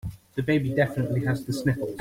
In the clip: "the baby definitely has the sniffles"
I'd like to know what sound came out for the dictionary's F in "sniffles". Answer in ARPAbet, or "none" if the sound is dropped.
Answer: P